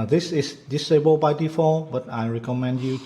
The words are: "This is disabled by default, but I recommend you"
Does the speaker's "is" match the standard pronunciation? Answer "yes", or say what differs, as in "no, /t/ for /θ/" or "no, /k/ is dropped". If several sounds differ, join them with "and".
no, /s/ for /z/